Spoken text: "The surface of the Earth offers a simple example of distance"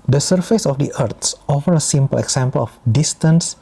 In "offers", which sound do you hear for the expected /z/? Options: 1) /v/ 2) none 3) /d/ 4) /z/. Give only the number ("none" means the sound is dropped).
2